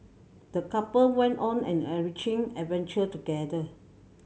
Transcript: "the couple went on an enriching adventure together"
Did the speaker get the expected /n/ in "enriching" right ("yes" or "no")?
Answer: no